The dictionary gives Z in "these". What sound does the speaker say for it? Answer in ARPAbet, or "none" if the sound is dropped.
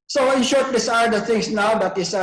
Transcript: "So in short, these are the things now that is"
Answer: S